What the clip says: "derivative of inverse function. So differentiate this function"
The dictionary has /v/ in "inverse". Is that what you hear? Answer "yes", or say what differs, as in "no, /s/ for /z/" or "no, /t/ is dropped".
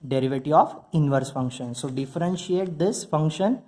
yes